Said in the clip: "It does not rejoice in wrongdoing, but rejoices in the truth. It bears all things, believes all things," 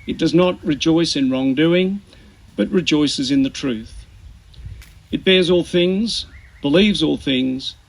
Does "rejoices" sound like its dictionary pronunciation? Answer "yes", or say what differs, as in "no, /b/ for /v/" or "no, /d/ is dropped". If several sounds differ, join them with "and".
yes